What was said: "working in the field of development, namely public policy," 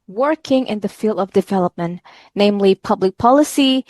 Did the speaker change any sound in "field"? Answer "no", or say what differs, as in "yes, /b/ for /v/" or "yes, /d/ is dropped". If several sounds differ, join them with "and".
no